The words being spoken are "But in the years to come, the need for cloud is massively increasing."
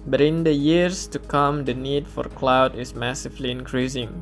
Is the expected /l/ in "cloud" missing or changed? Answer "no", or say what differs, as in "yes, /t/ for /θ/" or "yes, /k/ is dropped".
no